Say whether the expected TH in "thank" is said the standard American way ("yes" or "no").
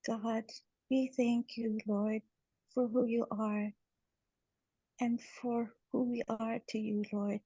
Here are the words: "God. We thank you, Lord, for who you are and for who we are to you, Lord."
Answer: yes